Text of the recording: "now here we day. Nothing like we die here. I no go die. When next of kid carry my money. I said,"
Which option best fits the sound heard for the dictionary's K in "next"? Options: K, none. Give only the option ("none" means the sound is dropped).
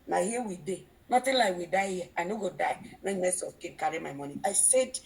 none